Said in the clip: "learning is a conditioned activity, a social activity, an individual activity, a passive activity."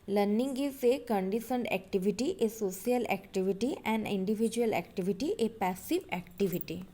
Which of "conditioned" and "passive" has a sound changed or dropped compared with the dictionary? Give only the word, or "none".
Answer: conditioned